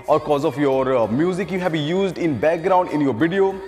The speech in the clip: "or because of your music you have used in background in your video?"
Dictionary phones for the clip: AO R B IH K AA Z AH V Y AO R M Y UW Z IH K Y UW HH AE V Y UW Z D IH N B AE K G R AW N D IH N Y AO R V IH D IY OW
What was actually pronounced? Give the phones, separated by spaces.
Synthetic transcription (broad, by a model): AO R K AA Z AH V Y AO R M Y UW Z IH K Y UW HH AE B Y UW Z D IH N B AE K G R AW N D IH N Y AO R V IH D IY OW